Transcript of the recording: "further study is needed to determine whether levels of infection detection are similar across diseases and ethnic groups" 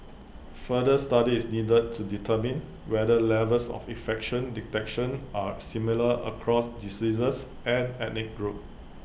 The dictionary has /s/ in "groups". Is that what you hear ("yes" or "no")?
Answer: no